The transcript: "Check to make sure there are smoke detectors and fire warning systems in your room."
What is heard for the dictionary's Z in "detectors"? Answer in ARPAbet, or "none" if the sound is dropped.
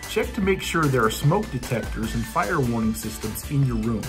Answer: Z